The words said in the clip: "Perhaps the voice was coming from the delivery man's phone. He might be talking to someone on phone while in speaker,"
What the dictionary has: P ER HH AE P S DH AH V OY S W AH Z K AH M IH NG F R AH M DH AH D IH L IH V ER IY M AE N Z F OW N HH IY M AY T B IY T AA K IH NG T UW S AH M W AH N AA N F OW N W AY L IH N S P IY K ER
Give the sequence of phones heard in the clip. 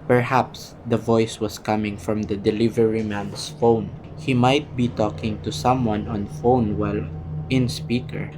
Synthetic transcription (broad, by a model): P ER HH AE P S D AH V OY S W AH S K AH M IH NG F R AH M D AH D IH L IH V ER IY M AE N S F OW N HH IY M AY T B IY T AA K IH NG T UW S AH M W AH N AA N F OW N W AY L IH N S P IY K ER